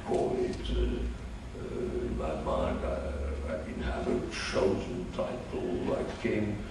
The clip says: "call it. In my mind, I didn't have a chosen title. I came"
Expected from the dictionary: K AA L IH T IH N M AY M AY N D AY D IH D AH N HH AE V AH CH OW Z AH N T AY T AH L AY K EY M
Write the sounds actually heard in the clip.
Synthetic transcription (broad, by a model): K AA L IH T IH N M AY M AY N D AY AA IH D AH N HH AE V AH CH OW Z AH N T AY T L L AY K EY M